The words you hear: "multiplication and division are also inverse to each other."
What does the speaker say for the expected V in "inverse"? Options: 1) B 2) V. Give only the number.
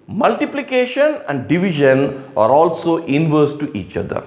2